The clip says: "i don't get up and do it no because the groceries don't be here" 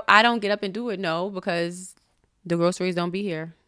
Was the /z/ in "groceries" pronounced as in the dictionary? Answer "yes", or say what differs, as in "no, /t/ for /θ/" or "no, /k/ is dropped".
yes